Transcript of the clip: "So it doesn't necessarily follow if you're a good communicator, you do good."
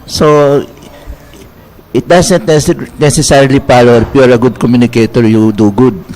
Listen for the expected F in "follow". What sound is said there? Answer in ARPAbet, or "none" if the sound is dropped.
P